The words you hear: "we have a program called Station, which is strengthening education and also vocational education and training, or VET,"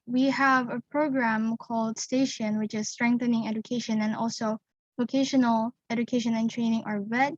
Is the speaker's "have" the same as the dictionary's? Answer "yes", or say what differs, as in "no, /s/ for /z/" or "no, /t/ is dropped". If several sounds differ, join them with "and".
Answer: yes